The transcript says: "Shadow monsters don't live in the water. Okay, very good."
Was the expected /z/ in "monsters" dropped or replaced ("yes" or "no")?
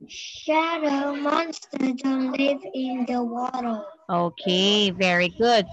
yes